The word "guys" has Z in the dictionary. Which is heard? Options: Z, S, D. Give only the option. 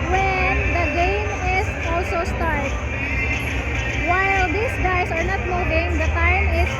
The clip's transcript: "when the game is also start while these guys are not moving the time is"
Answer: S